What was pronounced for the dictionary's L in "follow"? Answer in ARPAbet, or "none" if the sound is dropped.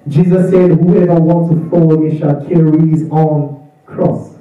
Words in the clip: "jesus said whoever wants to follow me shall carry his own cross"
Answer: N